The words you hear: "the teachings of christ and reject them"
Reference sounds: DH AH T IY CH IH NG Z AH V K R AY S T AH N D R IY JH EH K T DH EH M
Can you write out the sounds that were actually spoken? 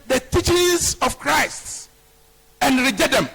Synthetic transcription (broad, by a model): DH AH T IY CH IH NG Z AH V K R AY S T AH N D R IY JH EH T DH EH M